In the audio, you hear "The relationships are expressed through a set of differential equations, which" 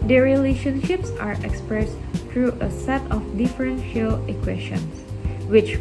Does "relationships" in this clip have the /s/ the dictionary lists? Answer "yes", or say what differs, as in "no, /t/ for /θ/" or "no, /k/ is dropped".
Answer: yes